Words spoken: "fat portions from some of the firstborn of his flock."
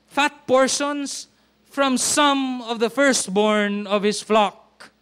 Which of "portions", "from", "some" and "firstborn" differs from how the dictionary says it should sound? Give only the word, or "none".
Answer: portions